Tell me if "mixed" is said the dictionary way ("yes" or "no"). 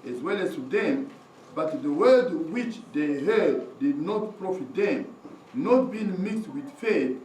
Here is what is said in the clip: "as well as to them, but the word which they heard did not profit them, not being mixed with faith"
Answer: yes